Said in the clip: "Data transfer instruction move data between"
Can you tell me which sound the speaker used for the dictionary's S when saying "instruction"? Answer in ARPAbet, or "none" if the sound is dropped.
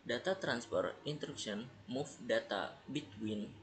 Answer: none